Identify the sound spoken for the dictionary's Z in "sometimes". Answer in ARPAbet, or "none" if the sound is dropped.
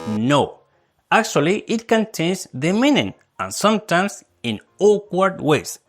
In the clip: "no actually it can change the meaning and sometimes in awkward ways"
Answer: S